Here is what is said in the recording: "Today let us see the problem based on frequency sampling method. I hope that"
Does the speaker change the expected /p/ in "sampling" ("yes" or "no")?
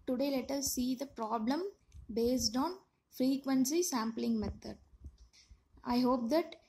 no